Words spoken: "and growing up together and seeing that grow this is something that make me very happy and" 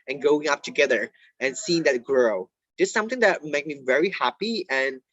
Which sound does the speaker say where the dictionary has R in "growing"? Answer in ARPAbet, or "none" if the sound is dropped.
none